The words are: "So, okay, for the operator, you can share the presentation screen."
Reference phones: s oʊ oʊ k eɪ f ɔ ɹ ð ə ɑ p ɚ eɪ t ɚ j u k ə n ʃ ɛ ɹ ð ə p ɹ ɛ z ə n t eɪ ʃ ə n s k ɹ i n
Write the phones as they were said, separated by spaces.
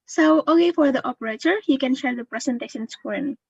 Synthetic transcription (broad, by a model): s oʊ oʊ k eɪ f ɔ ɹ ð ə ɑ p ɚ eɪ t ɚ j u k ə n ʃ ɛ ɹ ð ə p ɹ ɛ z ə n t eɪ s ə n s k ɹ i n